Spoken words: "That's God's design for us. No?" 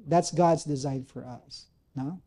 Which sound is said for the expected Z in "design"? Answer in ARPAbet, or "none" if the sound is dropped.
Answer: Z